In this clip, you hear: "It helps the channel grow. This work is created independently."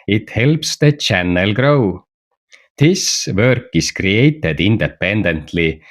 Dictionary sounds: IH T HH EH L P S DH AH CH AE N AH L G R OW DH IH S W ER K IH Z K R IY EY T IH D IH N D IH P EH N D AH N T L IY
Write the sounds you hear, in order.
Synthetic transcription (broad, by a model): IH T HH EH L P S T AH CH AE N AH L G R OW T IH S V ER K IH S K R IY EY T IH D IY N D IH P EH N D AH N T L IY